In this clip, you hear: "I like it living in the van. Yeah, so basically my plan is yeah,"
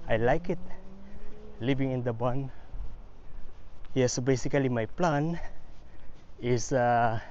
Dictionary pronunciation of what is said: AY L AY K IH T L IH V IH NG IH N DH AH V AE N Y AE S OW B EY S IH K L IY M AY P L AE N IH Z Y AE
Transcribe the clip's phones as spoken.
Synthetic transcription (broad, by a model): AY L AY K IH T L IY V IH NG IH N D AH B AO N Y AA S OW B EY S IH K L IY M AY P L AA N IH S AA